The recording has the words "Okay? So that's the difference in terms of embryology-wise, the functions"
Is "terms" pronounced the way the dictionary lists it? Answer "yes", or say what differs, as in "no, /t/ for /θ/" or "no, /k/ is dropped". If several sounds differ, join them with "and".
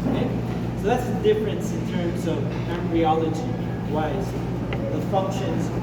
yes